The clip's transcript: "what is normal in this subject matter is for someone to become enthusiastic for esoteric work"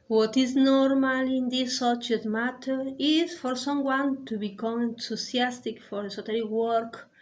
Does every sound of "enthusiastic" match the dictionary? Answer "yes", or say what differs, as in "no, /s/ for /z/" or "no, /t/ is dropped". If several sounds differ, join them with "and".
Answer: no, /t/ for /θ/